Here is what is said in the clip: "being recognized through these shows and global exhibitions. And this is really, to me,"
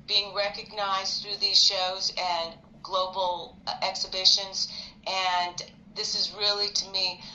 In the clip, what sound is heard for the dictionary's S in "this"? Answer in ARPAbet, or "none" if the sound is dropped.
S